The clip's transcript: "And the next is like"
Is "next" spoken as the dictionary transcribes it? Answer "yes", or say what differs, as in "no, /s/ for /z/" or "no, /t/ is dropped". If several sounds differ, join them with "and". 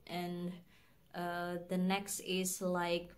yes